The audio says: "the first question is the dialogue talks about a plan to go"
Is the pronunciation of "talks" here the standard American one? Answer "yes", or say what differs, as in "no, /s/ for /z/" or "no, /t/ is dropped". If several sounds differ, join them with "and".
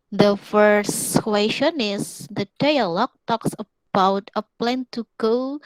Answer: yes